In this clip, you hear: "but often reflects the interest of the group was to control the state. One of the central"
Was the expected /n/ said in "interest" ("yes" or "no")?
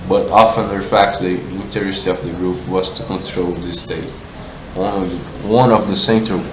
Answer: no